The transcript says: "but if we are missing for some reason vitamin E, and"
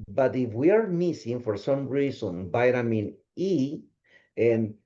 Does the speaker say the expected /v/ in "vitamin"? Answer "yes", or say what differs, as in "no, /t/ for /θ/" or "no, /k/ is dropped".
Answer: no, /b/ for /v/